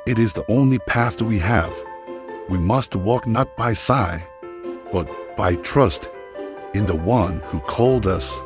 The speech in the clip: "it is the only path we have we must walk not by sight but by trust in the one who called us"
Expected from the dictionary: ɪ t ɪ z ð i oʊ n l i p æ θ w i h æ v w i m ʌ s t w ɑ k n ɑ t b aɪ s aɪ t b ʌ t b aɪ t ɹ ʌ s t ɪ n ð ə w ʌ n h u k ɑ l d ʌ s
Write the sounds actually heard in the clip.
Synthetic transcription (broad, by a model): ɪ t ɪ z ð i oʊ n l i p æ θ w i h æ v w i m ʌ s t w ɑ k n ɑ t b aɪ s aɪ b ʌ t b aɪ t ɹ ʌ s t ɪ n ð ə w ʌ n h u k ɑ l d ʌ s